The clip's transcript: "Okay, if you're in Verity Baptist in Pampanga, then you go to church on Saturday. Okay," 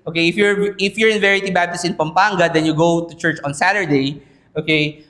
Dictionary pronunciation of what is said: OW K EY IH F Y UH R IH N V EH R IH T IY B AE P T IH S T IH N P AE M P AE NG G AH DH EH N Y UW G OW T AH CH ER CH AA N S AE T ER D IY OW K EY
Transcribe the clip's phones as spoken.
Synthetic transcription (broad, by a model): OW K EY IH F Y UH R IH N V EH R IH T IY B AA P T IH S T IH N P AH M P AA NG G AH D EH N Y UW G OW T AH CH ER CH AA N S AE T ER D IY OW K EY